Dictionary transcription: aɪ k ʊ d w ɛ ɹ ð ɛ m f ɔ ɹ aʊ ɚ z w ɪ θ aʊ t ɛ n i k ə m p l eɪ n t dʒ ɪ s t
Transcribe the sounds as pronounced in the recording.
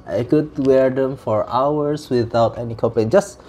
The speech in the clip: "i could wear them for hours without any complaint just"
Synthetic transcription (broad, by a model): aɪ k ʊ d w ɛ ɹ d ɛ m f ɔ ɹ aʊ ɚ s w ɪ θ aʊ t ɛ n i k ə p eɪ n dʒ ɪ s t